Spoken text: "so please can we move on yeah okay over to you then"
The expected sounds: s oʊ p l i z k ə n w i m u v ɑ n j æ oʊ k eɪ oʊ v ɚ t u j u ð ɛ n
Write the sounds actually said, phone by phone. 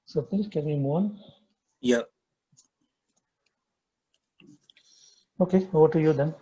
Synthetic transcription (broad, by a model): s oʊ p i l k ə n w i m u ɑ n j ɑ oʊ k eɪ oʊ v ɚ t u j u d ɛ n